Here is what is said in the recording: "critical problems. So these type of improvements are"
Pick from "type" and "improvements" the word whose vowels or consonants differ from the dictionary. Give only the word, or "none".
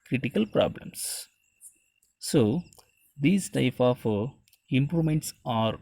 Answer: improvements